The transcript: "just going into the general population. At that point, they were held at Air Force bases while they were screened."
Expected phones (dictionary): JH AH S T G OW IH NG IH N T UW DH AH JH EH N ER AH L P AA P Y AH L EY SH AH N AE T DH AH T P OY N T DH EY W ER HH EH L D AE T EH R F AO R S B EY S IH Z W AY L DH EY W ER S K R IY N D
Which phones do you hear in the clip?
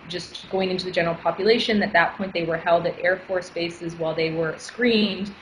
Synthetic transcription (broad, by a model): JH AH S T G OW IH NG IH N T UW DH AH JH EH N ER L P AA P Y AH L EY SH AH N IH T DH AH T P OY N DH EY W ER HH EH L D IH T EH R F AO R S B EY S IH Z W AY L DH EY W ER S K R IY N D